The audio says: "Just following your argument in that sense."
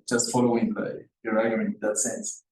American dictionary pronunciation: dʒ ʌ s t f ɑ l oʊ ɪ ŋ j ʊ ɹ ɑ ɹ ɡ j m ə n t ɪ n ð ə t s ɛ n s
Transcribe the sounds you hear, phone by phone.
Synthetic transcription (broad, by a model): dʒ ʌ s t f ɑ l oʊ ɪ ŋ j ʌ ɹ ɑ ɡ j ə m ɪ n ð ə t s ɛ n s